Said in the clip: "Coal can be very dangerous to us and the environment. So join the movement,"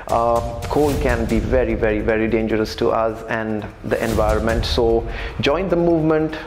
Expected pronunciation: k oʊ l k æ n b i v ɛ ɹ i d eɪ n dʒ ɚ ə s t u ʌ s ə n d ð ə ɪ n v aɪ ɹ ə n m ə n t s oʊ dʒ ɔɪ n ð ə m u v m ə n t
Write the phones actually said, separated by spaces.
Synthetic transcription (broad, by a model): k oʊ l k æ n b i v ɛ ɹ i d eɪ n dʒ ɚ ə s t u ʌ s ə n d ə ɪ n v aɪ ɹ ə n m ə n t s oʊ dʒ ɔɪ n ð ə m u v m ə n t